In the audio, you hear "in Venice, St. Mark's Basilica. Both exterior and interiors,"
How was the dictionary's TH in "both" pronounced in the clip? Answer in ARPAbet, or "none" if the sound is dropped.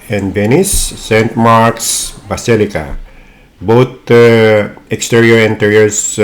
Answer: T